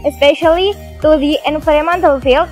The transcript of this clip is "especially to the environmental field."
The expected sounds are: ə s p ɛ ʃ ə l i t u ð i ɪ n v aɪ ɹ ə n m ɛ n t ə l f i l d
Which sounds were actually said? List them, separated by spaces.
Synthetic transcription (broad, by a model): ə s p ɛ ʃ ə l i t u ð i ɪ n f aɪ ɹ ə m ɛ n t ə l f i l